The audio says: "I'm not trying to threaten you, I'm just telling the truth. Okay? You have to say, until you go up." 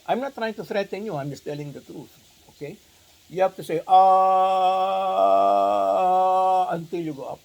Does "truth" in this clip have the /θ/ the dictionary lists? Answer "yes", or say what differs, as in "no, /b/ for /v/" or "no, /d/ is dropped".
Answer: no, /t/ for /θ/